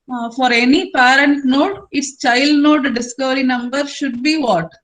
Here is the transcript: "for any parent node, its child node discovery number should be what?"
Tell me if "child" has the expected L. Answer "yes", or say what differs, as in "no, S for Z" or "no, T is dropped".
yes